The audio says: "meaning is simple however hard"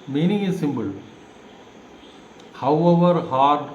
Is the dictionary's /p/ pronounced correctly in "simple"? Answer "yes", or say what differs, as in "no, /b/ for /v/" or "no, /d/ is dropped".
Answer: no, /b/ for /p/